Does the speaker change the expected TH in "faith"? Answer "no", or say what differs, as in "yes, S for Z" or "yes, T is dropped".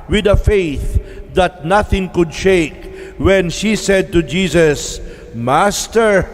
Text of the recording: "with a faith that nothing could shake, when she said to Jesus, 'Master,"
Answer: no